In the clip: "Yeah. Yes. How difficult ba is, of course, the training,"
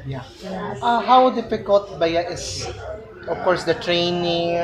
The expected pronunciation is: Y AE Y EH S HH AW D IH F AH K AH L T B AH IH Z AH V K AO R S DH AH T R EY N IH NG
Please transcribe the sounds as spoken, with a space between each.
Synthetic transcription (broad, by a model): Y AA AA HH AW D IH F AH K AH L T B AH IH S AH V K AO R S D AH T R EY N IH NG